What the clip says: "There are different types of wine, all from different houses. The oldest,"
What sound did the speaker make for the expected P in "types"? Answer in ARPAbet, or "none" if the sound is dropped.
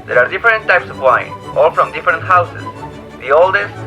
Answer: P